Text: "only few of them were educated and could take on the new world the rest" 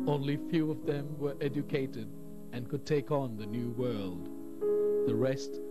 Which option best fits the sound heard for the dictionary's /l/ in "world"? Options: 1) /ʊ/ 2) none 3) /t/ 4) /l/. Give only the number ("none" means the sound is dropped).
4